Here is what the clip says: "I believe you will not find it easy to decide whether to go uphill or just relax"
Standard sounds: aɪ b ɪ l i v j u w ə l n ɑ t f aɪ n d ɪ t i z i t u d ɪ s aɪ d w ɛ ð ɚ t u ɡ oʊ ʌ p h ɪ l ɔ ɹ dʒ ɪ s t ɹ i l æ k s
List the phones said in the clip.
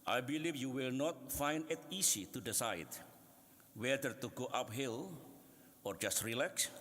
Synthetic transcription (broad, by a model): aɪ b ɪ l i f j u w ə l n ɑ t f aɪ n d ɪ t i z i t u d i s aɪ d w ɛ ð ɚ t u ɡ oʊ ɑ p h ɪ l ɔ ɹ dʒ ɪ s t ɹ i l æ k s